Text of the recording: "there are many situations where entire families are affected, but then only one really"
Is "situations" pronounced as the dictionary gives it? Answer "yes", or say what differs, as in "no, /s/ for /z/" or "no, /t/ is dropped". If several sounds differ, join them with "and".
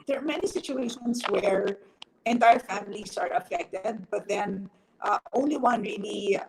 no, /s/ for /z/